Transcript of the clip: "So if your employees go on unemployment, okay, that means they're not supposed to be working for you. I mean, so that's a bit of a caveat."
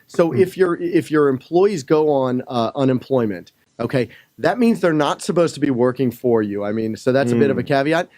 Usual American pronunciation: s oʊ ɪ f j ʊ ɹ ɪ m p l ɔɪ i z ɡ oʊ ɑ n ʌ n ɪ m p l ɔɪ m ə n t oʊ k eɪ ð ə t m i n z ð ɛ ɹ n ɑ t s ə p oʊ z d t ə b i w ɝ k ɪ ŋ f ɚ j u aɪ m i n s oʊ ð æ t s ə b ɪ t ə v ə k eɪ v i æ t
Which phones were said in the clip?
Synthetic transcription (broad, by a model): s oʊ ɪ f j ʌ ɹ ɪ m p l ɔɪ i z ɡ oʊ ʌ n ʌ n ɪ m p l ɔɪ m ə n t oʊ k eɪ ð ə t m i n z ð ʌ ɹ n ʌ t s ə p oʊ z t ə b i w ɝ k ɪ ŋ f ɚ j u aɪ m i n s oʊ ð æ t s ə b ɪ t ə v ə k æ v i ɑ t